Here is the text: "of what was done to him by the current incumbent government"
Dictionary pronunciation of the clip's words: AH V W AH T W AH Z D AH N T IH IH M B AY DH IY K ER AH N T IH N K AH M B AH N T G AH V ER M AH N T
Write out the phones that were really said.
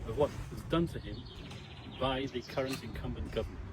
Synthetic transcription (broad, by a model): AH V W AH T W AH Z D AH N T IH IH M B AY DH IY K ER AH N T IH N K AH M B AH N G AH V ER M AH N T